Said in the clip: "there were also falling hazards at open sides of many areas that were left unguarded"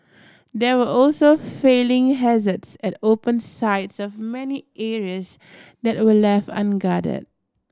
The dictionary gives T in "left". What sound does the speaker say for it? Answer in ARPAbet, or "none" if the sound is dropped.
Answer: none